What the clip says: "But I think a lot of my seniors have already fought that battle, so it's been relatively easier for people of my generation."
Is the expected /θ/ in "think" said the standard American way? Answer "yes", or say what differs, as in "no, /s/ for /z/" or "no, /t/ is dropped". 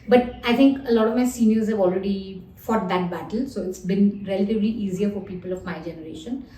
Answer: no, /t/ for /θ/